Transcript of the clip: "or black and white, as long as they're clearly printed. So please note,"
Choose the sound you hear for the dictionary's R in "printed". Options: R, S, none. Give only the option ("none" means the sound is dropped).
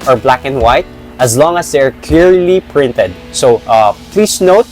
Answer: R